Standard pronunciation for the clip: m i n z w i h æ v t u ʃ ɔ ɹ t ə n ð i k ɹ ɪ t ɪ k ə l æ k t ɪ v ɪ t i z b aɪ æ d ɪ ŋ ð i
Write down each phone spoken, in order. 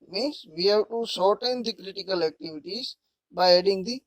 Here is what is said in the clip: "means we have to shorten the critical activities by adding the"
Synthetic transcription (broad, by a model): m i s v i h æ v t u s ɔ ɹ t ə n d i k ɹ ɪ t ɪ k ə l æ k t ɪ v ɪ t i z b aɪ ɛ d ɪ ŋ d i